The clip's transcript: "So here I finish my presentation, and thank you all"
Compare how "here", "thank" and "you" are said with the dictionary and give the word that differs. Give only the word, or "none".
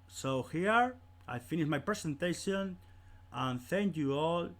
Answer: none